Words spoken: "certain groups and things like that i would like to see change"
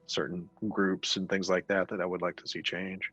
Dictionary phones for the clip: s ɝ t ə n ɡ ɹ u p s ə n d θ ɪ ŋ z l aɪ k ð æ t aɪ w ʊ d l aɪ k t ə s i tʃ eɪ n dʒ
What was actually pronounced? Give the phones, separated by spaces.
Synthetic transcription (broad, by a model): s ɝ t n ɡ ɹ u p s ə n θ ɪ ŋ z l aɪ k ð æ t aɪ w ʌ d l aɪ k t ə s i tʃ eɪ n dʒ